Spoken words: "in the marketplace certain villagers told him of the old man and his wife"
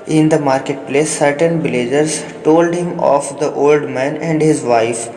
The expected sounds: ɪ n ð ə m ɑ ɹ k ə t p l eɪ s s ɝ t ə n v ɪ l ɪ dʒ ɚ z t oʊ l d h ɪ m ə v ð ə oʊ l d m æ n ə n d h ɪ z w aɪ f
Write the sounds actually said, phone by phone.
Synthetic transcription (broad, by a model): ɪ n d ə m ɑ ɹ k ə t p l eɪ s s ɝ t ə n b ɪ l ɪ dʒ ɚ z t oʊ l d h ɪ m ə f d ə oʊ l d m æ n ə n d h ɪ z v aɪ f